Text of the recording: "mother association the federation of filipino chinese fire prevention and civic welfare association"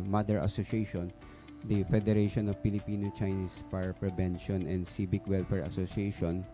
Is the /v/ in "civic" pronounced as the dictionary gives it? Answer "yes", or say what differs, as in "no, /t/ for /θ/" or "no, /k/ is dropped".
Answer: no, /b/ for /v/